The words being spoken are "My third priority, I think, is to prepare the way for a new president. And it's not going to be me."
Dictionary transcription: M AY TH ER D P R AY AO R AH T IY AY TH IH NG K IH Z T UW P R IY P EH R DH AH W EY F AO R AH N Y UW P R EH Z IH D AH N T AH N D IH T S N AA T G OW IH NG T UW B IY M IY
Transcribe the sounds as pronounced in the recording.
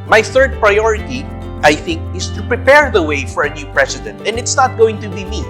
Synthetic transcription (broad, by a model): M AY TH ER D P R AY AO R AH T IY AY TH IH NG K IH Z T UW P R IY P EH R DH AH W EY F AO R AH N Y UW P R EH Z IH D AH N T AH N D IH T S N AA T G OW IH NG T UW B IY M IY